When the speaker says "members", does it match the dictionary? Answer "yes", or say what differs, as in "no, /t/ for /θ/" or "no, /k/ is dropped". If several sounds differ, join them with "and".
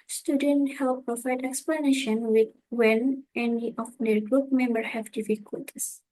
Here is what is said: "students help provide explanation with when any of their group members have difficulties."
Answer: no, /z/ is dropped